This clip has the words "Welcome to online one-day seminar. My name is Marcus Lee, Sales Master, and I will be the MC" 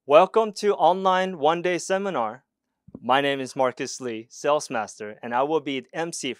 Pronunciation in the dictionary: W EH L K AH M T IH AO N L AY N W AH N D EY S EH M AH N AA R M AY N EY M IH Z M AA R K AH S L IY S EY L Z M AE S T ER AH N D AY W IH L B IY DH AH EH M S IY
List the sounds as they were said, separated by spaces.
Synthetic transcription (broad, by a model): W EH L K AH M T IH AO N L AY N W AH N D EY S EH M AH N AA R M AY N EY M IH Z M AA R K AH S L IY S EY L S M AE S T ER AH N AY W IH L B IY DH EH M S IY